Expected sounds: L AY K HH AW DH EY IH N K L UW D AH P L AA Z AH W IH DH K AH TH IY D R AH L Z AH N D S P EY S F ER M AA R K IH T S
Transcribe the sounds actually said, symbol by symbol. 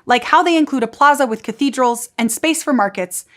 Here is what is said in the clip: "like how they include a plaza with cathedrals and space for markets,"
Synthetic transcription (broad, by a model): L AY K HH AW DH EY IH N K L UW D AH P L AA Z AH W IH DH K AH TH IY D R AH L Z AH N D S P EY S F ER M AA R K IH T S